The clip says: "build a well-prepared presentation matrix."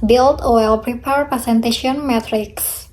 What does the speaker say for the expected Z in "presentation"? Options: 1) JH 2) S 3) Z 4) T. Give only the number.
2